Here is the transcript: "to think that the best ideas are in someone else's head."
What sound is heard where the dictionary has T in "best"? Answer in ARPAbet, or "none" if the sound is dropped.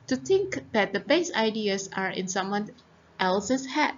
none